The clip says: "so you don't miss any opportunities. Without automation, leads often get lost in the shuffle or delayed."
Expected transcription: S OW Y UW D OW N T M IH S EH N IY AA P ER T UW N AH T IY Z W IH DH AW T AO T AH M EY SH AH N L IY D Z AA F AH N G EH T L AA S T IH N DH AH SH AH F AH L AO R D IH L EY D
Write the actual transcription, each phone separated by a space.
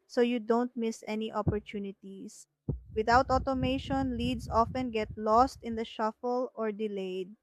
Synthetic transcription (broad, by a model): S OW Y UW D OW N T M IH S EH N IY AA P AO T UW N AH T IY S W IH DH AW T AO T AH M EY SH AH N L IY D S AA F AH N G EH T L AA S T IH N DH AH SH AH F AH L AO R D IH L EY D